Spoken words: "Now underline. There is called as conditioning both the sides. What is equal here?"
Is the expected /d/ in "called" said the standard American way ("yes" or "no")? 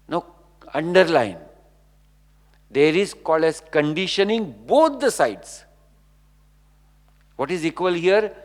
no